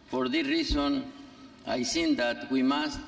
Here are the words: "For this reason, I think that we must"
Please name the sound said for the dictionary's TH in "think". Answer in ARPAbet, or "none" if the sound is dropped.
S